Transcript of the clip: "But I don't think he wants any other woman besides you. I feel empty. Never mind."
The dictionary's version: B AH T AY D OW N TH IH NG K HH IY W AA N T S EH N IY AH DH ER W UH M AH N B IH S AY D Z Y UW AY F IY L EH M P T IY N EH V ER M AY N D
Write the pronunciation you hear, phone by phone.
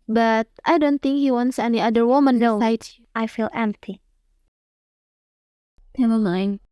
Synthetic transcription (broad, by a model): B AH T AY D OW N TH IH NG K HH IY W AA N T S EH N IY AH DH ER W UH M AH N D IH AY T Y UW AY F IY L EH M P T IY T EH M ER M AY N